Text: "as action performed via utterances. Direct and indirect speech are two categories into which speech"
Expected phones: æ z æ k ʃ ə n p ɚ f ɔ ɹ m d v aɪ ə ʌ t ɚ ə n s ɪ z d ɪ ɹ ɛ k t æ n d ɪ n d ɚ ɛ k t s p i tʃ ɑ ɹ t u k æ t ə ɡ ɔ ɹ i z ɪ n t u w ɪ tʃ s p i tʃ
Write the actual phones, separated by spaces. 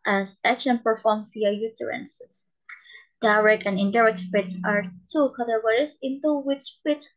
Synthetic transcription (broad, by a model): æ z æ k ʃ ə n p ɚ f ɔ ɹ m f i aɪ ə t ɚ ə n s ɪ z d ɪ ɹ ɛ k æ n ɪ n d ɚ ɛ k t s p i s ɑ ɹ t u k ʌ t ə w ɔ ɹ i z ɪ n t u w ɪ tʃ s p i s